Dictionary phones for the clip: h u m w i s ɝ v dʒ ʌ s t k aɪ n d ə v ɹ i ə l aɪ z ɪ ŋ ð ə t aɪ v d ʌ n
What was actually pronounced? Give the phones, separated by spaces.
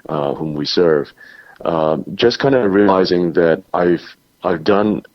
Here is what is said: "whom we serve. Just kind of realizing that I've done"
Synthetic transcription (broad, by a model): h u m w i s ɝ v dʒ ʌ s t k aɪ n d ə ɹ i ə l aɪ z ɪ ŋ ð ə t aɪ v d ʌ n